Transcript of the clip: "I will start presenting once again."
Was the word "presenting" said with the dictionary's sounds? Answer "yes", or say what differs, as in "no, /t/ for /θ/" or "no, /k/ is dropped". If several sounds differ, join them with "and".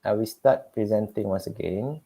yes